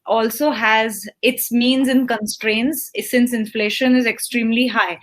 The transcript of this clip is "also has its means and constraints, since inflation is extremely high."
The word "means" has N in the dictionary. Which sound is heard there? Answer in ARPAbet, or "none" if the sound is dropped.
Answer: N